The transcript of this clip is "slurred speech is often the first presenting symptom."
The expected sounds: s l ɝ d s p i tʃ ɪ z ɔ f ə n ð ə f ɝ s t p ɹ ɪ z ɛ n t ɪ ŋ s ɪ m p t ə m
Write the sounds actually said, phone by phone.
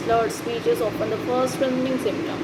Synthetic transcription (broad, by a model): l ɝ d s p i tʃ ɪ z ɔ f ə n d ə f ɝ s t f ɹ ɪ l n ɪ ŋ s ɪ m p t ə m